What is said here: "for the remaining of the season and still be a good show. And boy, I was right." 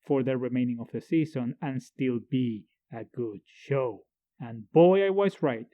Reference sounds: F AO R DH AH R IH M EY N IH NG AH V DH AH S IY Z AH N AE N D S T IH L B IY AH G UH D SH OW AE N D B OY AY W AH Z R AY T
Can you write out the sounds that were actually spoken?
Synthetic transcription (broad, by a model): F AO R DH AH R IH M EY N IH NG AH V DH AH S IY Z AH N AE N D S T IH L B IY AH G UH D SH OW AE N B OY AY W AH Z R AY T